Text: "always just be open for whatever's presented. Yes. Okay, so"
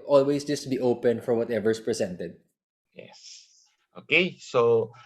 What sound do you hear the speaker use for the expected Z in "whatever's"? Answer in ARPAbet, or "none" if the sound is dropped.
S